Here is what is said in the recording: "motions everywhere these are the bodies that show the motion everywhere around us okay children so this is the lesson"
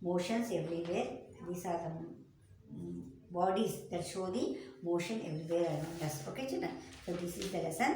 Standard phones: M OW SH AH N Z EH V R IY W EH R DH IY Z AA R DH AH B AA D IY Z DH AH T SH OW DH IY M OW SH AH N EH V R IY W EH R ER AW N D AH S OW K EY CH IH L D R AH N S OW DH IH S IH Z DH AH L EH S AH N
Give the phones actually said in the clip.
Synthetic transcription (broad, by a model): M OW SH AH N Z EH V R IY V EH R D IY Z AA R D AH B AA D IY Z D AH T SH OW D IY M OW SH AH N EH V R IY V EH R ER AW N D AH S OW K EY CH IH D AH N S OW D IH S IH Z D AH L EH S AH N